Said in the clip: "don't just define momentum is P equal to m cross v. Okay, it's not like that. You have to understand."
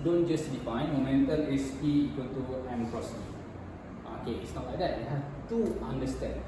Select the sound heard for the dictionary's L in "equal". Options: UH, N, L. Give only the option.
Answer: N